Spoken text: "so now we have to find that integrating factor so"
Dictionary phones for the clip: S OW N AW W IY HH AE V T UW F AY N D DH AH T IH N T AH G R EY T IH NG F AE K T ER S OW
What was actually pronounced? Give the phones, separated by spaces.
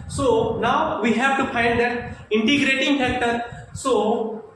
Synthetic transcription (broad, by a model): S OW N AW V IY HH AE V T UW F AY N D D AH T IH N T AH G R EY T IH NG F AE K T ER S OW